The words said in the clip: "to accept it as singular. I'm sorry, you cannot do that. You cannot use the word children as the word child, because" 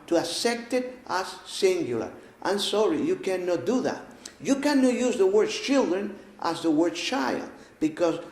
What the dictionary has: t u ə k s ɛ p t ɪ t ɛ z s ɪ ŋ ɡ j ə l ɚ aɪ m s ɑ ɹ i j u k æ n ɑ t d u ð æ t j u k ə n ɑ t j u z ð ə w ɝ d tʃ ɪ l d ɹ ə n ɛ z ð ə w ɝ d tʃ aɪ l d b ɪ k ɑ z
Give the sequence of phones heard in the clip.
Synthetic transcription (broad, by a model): t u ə s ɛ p t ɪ t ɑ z s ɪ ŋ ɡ j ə l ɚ aɪ m s ɑ ɹ i j u k æ n ɑ t d u ð æ t j u k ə n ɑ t j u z ð ə w ɝ d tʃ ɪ l d ɹ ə n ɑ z ð ə w ɝ d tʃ aɪ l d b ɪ k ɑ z